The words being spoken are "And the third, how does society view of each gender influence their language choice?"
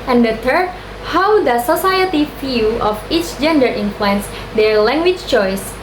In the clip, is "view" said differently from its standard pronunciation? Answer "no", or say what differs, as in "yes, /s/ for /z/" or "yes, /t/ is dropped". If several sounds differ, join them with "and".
yes, /f/ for /v/